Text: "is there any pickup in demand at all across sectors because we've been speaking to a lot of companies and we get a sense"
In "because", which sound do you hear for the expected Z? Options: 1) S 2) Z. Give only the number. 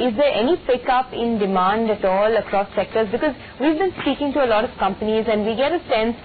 2